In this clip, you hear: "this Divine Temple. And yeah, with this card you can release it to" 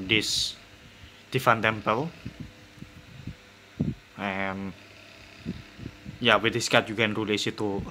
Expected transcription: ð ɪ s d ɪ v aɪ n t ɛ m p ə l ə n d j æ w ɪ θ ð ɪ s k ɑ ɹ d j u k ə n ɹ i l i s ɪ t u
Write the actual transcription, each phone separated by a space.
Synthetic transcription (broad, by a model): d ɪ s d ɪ f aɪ n t ɛ m p ə l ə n j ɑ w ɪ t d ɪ s k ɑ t j u k ə n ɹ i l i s ɪ t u